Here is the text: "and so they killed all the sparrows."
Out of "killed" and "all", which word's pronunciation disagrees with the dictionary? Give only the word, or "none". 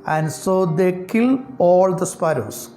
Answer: killed